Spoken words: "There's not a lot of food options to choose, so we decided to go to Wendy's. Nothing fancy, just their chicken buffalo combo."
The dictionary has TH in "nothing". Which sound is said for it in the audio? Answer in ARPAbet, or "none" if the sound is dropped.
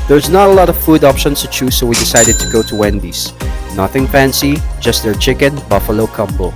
TH